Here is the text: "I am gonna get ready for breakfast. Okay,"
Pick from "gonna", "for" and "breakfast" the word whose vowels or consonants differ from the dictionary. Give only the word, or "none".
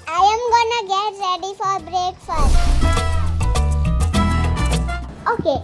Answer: breakfast